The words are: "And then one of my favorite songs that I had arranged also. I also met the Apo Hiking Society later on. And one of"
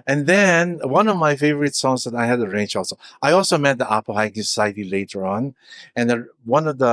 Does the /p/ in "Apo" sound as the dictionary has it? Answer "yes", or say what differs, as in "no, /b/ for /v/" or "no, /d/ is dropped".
yes